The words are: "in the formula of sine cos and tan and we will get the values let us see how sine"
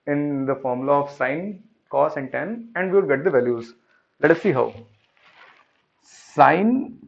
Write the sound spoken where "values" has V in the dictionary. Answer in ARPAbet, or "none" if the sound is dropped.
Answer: V